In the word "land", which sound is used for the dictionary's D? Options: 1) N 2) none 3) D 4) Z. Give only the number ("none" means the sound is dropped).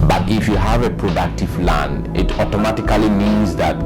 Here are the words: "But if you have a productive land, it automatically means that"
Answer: 2